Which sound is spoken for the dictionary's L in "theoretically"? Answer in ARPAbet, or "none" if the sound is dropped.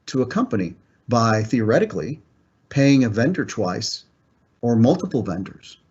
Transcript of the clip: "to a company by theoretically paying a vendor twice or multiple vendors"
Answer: L